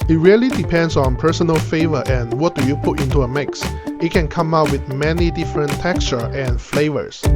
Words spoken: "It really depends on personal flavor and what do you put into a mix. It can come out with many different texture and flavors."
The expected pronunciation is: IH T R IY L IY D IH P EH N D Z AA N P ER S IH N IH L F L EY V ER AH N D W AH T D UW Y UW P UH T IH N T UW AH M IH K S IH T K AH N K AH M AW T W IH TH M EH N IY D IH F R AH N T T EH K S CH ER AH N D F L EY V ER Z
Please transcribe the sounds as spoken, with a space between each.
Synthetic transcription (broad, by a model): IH T R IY L IY D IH P EH N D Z AA N P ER S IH N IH L F EY V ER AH N W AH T D UW Y UW P UH T IH N T UW AH M IH K S IH T K AH N K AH M AW T W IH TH M EH N IY D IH F R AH N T T EH K S CH ER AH N F L EY V ER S